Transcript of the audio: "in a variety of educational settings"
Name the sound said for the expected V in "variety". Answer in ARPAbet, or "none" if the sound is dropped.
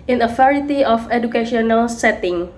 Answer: F